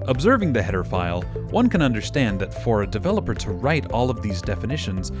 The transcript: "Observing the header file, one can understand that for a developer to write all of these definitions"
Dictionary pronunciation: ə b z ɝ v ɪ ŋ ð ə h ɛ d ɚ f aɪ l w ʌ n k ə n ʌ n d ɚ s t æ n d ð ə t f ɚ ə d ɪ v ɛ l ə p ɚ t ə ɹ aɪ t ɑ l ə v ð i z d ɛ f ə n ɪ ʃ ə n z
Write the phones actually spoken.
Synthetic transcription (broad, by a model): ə b z ɝ v ɪ ŋ ð ə h ɛ d ɚ f aɪ l w ʌ n k ə n ʌ n d ɚ s t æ n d ð ə t f ɚ ə d ɪ v ɛ l ə p ɚ t ə ɹ aɪ t ɑ l ə v ð i z d ɛ f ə n ɪ ʃ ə n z